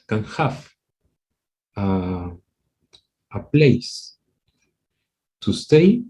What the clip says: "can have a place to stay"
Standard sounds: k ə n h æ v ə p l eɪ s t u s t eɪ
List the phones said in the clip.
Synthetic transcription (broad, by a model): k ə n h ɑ f ə p l eɪ s t u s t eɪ